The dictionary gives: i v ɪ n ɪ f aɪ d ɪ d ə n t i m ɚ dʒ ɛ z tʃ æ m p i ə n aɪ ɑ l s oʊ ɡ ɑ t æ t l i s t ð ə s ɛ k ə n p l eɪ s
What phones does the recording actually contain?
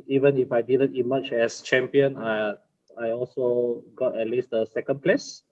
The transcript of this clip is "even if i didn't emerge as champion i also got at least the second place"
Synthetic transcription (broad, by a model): i v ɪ n ɪ f aɪ d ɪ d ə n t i m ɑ tʃ ɛ s tʃ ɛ m p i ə n aɪ ɑ l s oʊ ɡ ɑ t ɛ t l i s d ə s ɛ k ə n p l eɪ s